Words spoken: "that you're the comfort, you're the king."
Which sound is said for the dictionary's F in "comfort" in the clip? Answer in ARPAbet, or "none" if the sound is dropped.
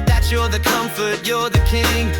F